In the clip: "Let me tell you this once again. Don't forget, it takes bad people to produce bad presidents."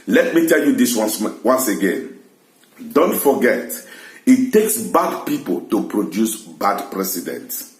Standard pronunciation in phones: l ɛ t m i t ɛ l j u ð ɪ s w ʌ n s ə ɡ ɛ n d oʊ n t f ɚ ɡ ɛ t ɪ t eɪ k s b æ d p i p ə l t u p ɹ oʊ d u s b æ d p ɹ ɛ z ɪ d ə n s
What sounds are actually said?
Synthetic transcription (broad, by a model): l ɛ t m i t ɛ l j u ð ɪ s w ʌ n s ə ɡ ɛ n d oʊ n t f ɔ ɡ ɛ t ɪ t eɪ k s b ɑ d p i p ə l t u p ɹ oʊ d u s b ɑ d p ɹ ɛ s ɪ d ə n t